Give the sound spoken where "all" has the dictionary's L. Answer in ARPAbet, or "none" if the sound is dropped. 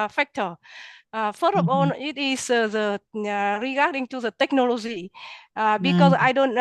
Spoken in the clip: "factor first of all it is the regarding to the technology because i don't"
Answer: N